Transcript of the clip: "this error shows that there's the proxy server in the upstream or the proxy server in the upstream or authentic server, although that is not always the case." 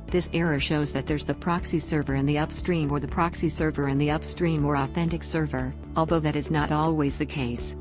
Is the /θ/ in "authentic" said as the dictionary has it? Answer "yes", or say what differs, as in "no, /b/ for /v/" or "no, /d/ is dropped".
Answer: yes